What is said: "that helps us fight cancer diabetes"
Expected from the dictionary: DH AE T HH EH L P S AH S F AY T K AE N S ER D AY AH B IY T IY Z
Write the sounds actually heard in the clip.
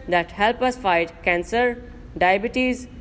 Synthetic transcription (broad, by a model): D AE T HH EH L P AH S F AY T K AE N S ER D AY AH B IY T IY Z